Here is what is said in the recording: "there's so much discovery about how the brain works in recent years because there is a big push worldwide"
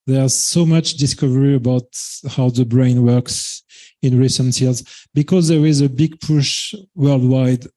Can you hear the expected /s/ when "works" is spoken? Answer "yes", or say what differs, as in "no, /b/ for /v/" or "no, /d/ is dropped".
yes